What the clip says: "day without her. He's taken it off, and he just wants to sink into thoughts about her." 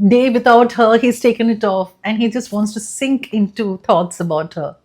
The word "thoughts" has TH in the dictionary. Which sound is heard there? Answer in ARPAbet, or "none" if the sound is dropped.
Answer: T